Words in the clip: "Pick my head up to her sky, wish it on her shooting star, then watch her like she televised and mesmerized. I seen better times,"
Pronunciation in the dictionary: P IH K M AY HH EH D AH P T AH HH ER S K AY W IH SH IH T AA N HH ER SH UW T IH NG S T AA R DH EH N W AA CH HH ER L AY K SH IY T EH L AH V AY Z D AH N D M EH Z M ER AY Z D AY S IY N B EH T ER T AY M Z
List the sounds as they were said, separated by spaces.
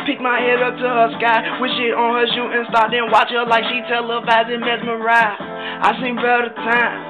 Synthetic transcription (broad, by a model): P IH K M AY HH EH D AH P T AH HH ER S K AY W IH SH IH T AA N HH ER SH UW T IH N S T AA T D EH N W AA CH HH ER L AY K SH IY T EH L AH B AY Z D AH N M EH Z M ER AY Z AY S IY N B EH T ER T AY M